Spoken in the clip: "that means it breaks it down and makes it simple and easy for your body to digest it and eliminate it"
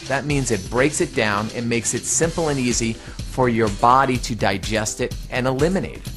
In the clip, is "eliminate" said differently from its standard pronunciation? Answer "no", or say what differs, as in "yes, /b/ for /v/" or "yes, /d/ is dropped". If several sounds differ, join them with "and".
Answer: yes, /t/ is dropped